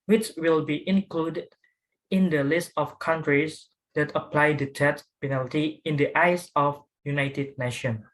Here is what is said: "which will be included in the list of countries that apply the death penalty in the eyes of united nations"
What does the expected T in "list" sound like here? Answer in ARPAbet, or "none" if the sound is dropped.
T